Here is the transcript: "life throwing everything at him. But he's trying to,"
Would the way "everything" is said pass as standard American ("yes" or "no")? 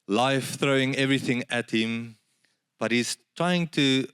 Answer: yes